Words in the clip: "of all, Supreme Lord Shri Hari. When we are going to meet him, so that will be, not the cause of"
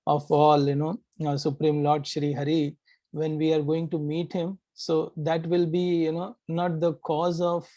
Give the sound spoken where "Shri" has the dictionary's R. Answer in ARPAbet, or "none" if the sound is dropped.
R